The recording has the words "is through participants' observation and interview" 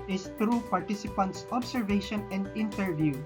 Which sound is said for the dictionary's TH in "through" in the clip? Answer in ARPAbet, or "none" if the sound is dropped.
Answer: T